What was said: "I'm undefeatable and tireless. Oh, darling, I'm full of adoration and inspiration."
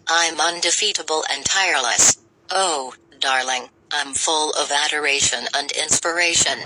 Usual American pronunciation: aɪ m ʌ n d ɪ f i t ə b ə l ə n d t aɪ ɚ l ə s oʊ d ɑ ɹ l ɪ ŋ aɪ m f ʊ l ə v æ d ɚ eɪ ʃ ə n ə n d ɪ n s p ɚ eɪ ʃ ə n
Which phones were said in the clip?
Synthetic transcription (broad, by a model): aɪ m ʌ n d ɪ f i t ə b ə l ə n t aɪ ɚ l ə s oʊ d ɑ ɹ l ɪ ŋ aɪ m f ʊ l ə v æ d ɚ eɪ ʃ ə n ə n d ɪ n s p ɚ eɪ ʃ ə n